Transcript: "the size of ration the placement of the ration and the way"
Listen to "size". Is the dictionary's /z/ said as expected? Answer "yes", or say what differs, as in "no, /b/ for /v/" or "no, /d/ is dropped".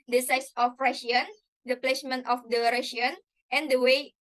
no, /s/ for /z/